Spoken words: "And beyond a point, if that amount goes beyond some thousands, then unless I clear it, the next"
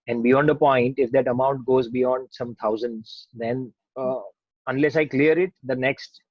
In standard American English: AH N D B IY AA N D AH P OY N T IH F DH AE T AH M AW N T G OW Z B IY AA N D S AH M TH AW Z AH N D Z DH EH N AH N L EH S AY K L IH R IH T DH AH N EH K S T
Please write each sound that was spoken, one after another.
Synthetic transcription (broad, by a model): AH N D B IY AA N D AH P OY N T IH F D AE T AH M AW N T G OW Z B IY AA N D S AH M T AW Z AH N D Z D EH N AH N L EH S AY K L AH R IH T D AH N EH K S T